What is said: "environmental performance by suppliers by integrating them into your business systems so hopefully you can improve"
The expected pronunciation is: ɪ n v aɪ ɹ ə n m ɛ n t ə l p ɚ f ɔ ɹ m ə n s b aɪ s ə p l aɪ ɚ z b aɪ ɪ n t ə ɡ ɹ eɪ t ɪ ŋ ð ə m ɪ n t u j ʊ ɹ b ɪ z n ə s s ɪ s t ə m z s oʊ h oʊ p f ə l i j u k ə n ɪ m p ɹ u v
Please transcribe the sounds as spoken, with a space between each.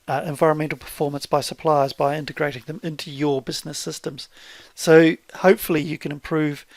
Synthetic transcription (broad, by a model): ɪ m v aɪ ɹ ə n m ɛ n t l p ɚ f ɔ ɹ m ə n s b aɪ s ə p l aɪ ɚ z b aɪ ɪ n t ə ɡ ɹ eɪ t ɪ ŋ ð ə m ɪ n t u j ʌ ɹ b ɪ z n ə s s ɪ s t ə m z s oʊ h oʊ p f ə l i j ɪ k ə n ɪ m p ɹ u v